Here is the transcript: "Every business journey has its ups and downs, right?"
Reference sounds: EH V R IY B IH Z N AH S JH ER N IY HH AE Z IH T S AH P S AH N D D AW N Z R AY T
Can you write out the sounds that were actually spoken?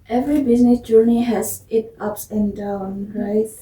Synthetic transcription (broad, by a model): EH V R IY B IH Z N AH S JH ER N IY HH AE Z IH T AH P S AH N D D AW N R AY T